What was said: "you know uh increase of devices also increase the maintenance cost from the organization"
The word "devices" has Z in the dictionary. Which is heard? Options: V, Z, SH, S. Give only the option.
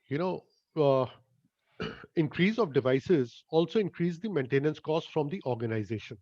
Z